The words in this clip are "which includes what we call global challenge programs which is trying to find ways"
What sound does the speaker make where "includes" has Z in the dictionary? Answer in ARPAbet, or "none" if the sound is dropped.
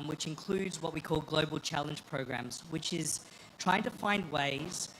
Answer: Z